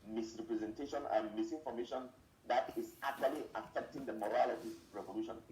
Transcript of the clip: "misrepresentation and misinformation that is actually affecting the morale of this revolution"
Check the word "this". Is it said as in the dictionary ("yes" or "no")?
no